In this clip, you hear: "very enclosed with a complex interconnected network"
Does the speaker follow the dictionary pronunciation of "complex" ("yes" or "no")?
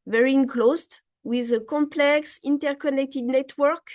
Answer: yes